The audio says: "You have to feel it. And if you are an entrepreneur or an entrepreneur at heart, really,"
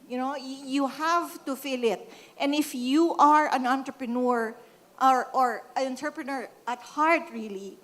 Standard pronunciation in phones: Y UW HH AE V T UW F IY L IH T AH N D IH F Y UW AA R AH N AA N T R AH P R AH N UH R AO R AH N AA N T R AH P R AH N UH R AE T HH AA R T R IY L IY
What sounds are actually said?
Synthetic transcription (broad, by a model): Y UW HH AE V T UW F IY L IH T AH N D IH F Y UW AA R AH N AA N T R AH P R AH N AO R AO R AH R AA N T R P R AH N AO R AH T HH AA R T R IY L IY